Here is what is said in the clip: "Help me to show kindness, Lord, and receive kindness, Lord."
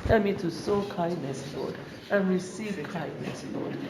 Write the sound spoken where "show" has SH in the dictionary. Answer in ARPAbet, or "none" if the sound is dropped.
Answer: S